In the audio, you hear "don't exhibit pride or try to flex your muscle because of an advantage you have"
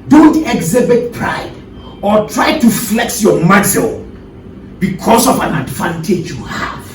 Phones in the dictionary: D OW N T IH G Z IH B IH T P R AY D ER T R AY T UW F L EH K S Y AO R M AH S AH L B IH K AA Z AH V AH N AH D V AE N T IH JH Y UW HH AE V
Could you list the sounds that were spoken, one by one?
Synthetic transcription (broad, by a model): D OW N T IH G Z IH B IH T P R AY D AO T R AY T UW F L EH K S Y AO M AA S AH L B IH K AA S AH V AH N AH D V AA N T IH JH Y UW HH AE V